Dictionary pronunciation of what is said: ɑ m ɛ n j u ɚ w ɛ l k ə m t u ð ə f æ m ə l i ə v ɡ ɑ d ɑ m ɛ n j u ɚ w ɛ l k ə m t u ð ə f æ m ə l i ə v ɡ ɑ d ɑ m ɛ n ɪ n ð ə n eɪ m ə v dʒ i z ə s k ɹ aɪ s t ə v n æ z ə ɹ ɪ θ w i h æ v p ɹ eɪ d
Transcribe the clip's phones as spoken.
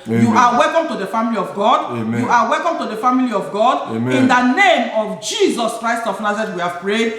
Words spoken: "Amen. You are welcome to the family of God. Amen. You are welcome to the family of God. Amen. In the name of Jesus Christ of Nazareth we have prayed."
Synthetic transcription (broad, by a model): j j u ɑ w ɛ l k ə m t u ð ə f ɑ m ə l i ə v ɡ ɑ d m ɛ j u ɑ w ɛ l k ə m t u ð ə f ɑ m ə l i ə v ɡ ɑ d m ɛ ɪ n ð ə n eɪ m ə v dʒ i z ə s k ɹ aɪ s t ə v n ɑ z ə ɹ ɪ t w i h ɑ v p ɹ eɪ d